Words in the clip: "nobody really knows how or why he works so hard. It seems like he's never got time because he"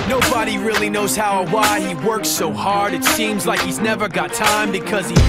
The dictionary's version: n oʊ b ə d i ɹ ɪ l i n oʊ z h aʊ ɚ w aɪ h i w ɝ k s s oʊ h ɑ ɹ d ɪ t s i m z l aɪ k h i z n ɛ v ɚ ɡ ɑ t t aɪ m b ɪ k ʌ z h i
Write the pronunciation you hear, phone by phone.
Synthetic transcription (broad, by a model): n oʊ b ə d i ɹ ɪ l i n oʊ z h aʊ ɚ w aɪ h i w ɝ k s s oʊ h ɑ ɹ d ɪ t s i m z l aɪ k h i z n ɛ v ɚ ɡ ɑ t t aɪ m b ɪ k ʌ z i